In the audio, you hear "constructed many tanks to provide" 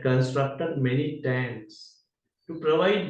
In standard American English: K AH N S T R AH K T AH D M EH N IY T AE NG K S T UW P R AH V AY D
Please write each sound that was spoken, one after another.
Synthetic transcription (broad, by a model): K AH N S T R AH K T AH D M EH N IY T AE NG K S T UW P R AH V AY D